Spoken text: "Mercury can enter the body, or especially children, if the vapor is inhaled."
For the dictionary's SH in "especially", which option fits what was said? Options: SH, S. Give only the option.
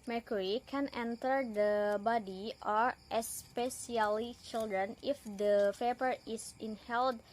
S